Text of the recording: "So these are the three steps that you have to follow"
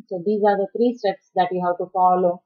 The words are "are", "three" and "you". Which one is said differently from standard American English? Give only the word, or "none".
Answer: three